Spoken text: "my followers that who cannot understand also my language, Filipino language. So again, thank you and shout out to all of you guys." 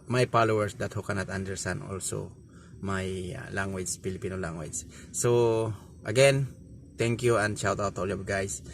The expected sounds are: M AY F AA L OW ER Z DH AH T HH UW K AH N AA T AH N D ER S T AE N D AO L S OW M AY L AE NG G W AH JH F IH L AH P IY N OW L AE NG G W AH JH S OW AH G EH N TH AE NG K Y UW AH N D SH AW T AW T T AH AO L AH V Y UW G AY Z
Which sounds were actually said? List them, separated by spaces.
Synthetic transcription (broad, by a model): M AY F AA L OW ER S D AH T HH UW K AH N AA T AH N D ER S T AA N D AO L S OW M AY L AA NG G W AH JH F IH L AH P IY N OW L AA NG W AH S S OW AH G EH N T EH NG K Y UW AH N D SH AW T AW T T AO L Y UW G AY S